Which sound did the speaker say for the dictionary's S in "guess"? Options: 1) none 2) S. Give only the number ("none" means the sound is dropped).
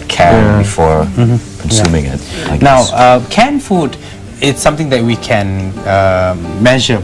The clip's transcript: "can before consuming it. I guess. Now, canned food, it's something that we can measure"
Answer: 1